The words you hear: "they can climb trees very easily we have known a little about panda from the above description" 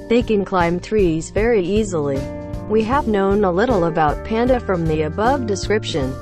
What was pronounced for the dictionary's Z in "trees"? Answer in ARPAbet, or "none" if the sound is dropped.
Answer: Z